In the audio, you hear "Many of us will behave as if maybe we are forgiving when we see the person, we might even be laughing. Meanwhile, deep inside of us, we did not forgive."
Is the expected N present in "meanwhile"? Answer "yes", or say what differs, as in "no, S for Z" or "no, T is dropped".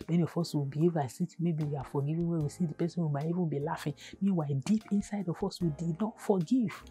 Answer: no, N is dropped